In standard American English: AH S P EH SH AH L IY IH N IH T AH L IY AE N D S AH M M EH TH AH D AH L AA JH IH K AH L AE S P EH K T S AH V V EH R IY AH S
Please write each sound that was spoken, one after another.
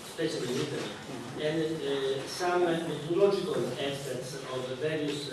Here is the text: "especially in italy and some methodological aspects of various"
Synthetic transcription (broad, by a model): S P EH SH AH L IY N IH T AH IY N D S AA M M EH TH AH L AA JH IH K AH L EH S EH T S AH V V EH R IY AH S